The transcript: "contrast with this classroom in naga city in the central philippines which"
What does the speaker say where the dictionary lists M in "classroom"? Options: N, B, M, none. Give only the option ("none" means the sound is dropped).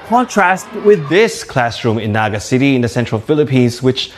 M